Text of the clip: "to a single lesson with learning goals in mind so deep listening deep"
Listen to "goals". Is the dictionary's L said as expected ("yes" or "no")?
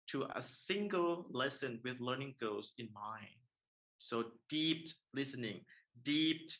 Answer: no